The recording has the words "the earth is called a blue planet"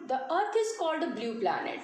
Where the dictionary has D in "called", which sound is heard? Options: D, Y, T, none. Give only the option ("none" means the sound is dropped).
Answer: D